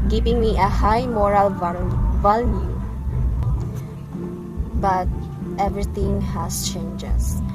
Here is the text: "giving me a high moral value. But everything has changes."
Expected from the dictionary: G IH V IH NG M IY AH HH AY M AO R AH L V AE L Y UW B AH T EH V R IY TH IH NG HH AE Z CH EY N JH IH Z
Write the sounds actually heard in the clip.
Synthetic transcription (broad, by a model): G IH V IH NG M IY AH HH AY M AO R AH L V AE L Y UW B AH T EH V R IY T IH NG HH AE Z CH EY N JH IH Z